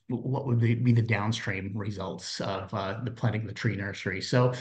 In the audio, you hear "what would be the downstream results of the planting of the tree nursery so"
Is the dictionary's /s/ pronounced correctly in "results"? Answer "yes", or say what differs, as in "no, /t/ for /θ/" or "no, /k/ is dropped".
yes